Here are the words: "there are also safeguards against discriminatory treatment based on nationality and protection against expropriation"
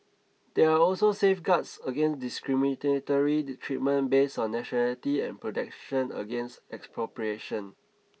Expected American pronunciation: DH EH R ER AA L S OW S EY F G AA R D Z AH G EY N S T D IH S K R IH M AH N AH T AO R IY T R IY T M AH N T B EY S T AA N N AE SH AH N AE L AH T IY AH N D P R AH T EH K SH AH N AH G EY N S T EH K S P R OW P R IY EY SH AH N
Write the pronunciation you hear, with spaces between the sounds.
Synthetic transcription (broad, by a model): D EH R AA AA L S OW S EY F G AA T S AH G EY N S D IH S K R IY M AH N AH T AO R IY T R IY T M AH N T B EY S AA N N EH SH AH N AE L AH T IY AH N P R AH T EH K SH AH N AH G EY N S T EH K S P R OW P R IY EY SH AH N